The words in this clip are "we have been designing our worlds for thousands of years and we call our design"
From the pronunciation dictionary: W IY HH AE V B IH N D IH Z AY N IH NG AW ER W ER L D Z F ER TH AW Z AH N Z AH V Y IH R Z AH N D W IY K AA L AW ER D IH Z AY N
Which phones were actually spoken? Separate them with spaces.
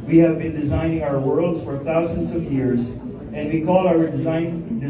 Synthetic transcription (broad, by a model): W IY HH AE V B IH N D IH Z AY N IH NG AW ER W ER L D Z F ER TH AW Z AH N Z AH V Y IH R Z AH N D W IY K AA L AW ER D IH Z AY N